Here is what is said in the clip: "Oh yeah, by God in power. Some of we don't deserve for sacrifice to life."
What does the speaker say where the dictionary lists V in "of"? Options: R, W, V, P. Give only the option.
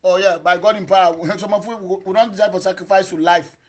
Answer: W